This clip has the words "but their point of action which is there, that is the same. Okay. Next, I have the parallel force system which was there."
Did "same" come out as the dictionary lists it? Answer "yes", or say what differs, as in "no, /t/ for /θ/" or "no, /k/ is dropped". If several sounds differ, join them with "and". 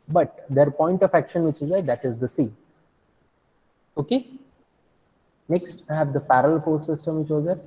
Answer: no, /m/ is dropped